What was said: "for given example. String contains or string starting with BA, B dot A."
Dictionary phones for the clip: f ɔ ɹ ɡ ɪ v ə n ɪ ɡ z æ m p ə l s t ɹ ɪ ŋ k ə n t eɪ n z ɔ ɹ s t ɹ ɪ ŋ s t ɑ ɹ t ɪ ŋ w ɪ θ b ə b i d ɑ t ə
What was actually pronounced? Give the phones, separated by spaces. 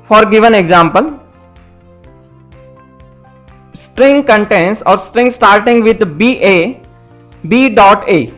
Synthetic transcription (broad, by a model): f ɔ ɹ ɡ ɪ v ə n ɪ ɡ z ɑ m p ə l s t ɹ ɪ ŋ k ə n t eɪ n s ɔ ɹ s t ɹ ɪ ŋ s t ɑ ɹ t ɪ ŋ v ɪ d b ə b i d ɑ t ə